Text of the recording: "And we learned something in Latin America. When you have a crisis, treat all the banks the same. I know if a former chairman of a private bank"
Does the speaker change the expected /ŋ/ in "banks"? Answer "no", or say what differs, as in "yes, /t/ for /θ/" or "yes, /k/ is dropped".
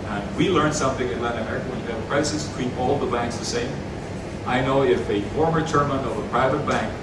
no